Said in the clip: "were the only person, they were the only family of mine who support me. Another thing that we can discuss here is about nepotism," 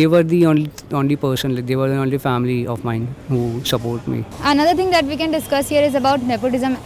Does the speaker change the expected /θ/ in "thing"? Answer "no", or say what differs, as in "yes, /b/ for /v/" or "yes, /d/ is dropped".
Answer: yes, /t/ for /θ/